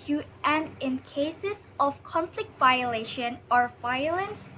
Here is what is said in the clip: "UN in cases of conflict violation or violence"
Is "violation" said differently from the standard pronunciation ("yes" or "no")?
no